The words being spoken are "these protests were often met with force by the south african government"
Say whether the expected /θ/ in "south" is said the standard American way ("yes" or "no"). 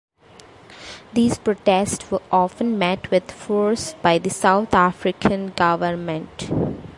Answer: no